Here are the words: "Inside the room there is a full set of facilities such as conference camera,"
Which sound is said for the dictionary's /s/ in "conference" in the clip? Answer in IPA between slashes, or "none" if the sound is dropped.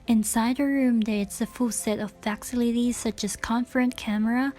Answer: none